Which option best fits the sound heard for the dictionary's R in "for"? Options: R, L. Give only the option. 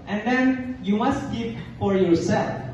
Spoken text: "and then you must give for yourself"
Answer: R